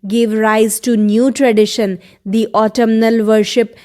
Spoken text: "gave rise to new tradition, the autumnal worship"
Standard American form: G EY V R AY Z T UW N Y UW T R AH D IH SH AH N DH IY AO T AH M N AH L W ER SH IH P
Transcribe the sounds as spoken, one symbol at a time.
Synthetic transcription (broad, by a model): G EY V R AY Z T UW N Y UW T R AH D IH SH AH N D IY AO T AH M N AH L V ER SH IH P